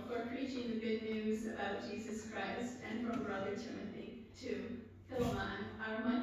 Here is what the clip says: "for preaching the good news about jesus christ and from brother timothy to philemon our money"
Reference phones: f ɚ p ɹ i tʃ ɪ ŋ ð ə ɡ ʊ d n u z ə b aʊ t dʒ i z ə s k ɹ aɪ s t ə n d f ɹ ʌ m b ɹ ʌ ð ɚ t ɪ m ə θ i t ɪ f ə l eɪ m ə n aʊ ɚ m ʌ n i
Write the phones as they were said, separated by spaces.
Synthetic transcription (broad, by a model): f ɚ p ɹ i tʃ ɪ ŋ ð ə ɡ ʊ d n u z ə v dʒ i z ə s k ɹ aɪ s t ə n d f ɹ ʌ m b ɹ ʌ ð ɚ t ɪ m ə θ i t ɪ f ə l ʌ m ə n aʊ ɚ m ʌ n